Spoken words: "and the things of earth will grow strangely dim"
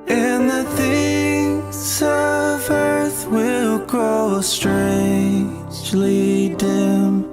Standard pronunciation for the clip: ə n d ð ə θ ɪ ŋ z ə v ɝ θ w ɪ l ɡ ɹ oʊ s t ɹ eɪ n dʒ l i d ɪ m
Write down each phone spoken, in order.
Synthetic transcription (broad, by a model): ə n ð ə θ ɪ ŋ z ə v ɝ θ w ɪ l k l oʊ s t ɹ eɪ n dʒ l i d ɪ m